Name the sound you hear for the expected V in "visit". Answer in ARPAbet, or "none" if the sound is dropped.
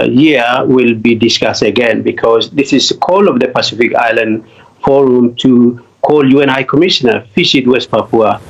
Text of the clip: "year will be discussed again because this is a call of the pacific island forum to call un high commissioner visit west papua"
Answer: F